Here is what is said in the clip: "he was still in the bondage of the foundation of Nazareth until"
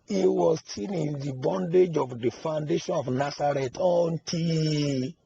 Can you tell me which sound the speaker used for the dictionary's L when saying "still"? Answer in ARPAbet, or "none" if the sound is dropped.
N